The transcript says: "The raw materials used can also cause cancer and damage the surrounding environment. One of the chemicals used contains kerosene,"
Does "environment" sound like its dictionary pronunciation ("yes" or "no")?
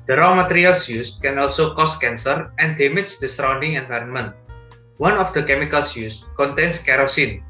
yes